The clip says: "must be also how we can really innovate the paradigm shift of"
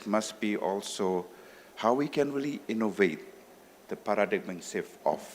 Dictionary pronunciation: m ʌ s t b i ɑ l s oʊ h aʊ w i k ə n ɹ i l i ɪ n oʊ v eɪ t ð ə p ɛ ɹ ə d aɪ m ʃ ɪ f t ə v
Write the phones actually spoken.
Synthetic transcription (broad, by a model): m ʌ s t b i ɑ l s oʊ h aʊ w i k ə n ɹ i l i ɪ n oʊ v eɪ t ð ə p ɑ ɹ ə d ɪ m s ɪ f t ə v